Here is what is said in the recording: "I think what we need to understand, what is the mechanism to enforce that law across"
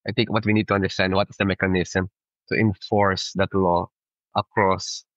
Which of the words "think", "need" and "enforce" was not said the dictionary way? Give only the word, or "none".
think